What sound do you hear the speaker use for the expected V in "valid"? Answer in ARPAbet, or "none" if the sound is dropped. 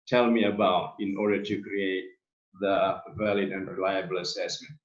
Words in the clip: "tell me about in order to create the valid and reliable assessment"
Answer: V